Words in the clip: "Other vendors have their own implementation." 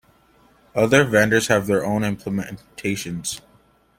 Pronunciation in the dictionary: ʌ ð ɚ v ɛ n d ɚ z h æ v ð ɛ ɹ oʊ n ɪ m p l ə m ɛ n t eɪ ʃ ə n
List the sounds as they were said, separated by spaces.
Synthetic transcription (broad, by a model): ʌ ð ɚ v ɛ n d ɚ z h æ v ð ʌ ɹ oʊ n ɪ m p l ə m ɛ n t eɪ ʃ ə n